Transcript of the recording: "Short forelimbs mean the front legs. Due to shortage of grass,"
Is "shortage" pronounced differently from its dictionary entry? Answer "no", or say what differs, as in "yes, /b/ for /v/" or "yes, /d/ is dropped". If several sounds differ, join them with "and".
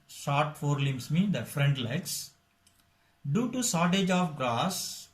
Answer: yes, /s/ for /ʃ/